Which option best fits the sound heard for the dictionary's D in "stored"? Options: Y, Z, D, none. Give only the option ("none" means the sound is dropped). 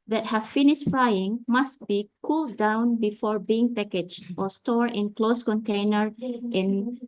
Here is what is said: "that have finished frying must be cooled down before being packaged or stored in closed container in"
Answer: none